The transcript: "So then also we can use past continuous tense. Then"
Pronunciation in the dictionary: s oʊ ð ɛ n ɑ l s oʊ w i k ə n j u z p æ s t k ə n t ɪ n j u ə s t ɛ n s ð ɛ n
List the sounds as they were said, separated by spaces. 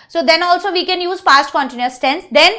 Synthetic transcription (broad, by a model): s oʊ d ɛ n ɑ l s oʊ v i k ə n j u z f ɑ s t k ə n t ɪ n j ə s t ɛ n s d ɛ n